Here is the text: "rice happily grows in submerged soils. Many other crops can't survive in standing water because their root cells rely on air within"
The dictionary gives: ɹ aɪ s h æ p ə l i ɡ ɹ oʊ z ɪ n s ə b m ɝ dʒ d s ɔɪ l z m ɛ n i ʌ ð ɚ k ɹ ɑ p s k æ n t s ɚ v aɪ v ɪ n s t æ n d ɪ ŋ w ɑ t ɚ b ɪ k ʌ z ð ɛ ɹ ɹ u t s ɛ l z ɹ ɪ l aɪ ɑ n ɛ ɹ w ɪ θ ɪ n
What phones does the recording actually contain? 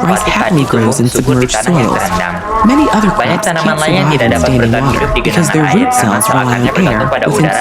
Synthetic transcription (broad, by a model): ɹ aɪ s h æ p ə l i ɡ ɹ oʊ z ɪ n s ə b m ɝ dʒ s ɔɪ l z m ɛ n i ʌ ð ɚ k ɑ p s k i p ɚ aɪ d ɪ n s t æ n d ɪ ŋ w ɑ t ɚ b ɪ k ʌ z ð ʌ ɹ ɹ u t s ɛ l z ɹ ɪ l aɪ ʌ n ɛ ɹ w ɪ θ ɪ n